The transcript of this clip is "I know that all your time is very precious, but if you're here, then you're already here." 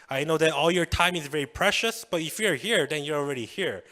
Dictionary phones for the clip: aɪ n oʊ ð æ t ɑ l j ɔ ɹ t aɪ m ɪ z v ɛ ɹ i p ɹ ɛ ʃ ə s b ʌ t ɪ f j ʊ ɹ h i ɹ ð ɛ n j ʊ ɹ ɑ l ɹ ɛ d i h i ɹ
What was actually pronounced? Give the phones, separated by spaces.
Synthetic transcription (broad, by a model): aɪ n oʊ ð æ t ɑ l j ɔ ɹ t aɪ m ɪ z v ɛ ɹ i p ɹ ɛ ʃ ə s b ʌ t ɪ f j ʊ ɹ h i ɹ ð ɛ n j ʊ ɹ ɑ l ɹ ɛ d i h i ɹ